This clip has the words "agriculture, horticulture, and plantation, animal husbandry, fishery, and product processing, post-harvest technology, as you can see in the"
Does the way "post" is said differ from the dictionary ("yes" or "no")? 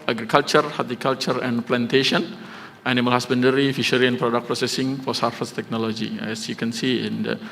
yes